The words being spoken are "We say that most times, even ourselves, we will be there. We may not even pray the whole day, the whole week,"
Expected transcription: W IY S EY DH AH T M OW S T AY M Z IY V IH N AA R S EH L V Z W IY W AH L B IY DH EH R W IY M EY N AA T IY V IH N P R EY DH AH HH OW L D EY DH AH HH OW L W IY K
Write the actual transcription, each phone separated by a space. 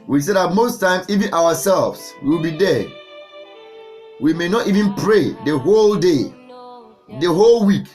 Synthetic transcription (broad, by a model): W IY S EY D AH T M OW S T AY M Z IY V IH N AA W S EH L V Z W IY W AH L B IY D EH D W IY M EY N AA T IY V IH N P R EY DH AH HH OW L D EY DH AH HH OW L W IY K